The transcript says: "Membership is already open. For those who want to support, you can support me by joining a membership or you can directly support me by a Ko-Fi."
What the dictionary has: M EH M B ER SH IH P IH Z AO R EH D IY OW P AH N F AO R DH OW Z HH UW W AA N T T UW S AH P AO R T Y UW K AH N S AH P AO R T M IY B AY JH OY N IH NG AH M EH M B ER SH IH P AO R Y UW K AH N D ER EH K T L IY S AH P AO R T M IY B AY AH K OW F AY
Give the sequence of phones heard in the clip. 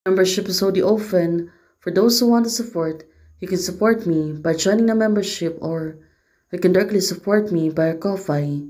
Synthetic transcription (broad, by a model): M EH M B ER SH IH P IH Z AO UH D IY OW F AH N F AO R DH OW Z HH UW W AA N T T UW S AH P AO R T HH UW K AH N S AH P AO R T M IY B AY JH OY N IH NG AH M EH M B ER SH IH P AO R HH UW K AH N D ER EH K T L IY S AH P AO R T M IY B AY AH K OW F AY